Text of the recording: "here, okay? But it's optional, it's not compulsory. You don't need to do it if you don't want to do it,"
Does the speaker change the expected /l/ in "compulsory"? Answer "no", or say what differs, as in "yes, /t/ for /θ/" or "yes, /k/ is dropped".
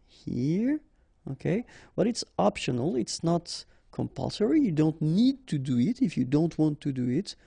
no